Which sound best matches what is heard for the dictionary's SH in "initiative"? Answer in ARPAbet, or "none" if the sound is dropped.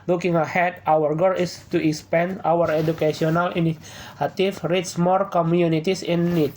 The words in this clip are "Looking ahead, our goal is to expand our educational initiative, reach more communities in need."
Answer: none